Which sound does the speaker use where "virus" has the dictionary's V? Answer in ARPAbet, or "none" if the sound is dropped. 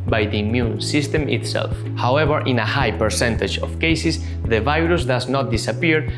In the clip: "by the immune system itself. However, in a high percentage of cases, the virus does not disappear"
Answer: V